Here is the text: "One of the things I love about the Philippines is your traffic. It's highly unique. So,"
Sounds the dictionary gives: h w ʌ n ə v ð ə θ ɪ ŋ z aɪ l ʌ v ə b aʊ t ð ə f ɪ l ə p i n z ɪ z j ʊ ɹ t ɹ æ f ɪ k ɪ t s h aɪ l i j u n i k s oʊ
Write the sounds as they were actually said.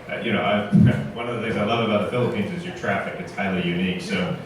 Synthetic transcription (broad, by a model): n w ʌ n ə v ð ə θ ɪ ŋ z aɪ l ʌ v ə b aʊ t ð ə f ɪ l ə p i n z ɪ z j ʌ ɹ t ɹ æ f ɪ k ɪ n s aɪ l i j u n i k s oʊ